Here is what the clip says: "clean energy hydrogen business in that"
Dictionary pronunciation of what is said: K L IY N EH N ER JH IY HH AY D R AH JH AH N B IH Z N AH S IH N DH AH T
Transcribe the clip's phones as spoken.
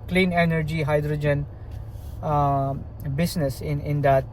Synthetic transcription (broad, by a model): K L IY N EH N ER JH IY HH AY D R AH JH AH N B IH S N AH S IH N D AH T